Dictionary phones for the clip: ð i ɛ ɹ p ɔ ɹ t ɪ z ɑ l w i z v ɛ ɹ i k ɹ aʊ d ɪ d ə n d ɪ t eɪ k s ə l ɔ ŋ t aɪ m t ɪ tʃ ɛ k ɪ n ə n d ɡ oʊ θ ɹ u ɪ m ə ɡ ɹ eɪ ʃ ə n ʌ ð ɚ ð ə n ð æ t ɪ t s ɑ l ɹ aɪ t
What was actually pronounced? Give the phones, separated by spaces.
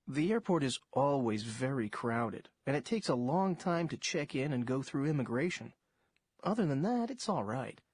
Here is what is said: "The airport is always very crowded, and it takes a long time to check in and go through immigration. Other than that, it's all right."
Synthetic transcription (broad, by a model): ð i ɛ ɹ p ɔ ɹ t ɪ z ɑ l w i z v ɛ ɹ i k ɹ aʊ d ɪ d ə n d ɪ t eɪ k s ə l ɔ ŋ t aɪ m t ɪ tʃ ɛ k ɪ n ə n ɡ oʊ θ ɹ u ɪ m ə ɡ ɹ eɪ ʃ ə n ʌ ð ɚ ð ə n ð æ t ɪ t s ɑ l ɹ aɪ t